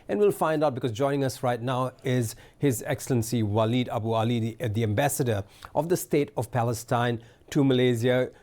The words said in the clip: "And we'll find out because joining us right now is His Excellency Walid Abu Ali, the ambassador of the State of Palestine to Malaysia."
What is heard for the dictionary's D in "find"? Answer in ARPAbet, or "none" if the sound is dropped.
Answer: D